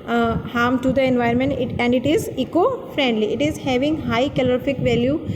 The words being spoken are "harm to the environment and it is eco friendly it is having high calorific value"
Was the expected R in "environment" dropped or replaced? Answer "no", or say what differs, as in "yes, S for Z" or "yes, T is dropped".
yes, R is dropped